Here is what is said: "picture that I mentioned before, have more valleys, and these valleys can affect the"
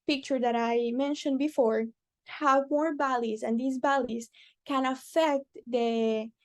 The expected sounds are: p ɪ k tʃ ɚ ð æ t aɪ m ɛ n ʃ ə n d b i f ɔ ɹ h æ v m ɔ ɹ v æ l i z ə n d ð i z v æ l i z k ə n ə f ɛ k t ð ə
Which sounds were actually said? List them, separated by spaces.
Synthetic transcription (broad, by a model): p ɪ k tʃ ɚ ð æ t aɪ m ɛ n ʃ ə n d b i f ɔ ɹ h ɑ w m ɔ ɹ b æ l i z ə n d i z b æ l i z k ə n ə f ɛ k t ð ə